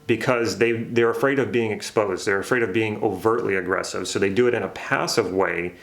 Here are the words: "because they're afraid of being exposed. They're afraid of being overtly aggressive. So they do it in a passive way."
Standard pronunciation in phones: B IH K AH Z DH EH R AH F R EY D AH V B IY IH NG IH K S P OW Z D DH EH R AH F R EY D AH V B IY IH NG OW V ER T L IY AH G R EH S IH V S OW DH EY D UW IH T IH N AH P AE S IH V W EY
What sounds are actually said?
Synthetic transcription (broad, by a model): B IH K AH Z DH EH R AH F R EY D AH V B IY IH NG IH K S P OW Z D DH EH R AH F R EY D AH V B IY IH NG OW V ER T L IY AH G R EH S IH V S OW DH EY D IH IH T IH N AH P AE S IH V W EY